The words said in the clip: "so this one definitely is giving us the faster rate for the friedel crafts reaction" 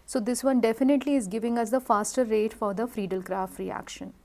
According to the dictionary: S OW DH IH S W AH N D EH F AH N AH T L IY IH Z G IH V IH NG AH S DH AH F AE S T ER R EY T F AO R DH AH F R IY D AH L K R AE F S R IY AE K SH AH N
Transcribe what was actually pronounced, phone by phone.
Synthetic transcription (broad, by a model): S OW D IH S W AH N D EH F AH N AH T L IY IH Z G IH V IH NG AH S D AH F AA S T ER R EY T F AO R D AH F R IY D AH L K R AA F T R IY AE K SH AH N